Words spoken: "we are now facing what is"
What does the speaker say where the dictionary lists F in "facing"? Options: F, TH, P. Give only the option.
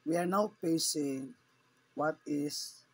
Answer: P